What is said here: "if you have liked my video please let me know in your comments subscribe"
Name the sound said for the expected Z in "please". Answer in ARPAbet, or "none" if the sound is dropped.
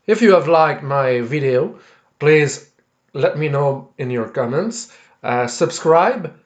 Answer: Z